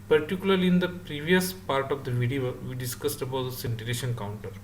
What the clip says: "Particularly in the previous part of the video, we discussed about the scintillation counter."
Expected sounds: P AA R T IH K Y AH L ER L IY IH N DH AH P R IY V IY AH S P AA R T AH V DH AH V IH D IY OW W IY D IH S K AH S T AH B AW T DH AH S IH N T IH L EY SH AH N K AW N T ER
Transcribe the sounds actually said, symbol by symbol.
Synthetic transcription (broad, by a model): P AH R T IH K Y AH L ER L IY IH N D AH P R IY V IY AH S P AA R T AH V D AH V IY D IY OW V IY D IH S K AH S T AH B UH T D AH S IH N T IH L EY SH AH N K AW N T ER